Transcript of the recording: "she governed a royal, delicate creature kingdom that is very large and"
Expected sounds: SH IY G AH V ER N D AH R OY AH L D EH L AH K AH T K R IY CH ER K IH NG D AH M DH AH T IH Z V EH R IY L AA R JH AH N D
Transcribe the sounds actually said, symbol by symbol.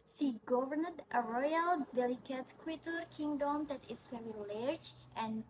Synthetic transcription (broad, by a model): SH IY G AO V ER N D AH R OY AH L D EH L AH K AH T K W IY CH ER K IH NG D AH M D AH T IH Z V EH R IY L AA R JH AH N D